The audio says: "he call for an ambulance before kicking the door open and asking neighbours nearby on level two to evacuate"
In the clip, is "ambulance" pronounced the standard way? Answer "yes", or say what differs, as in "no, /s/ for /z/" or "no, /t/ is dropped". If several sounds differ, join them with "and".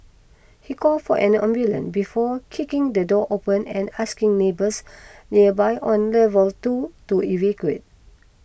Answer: no, /s/ is dropped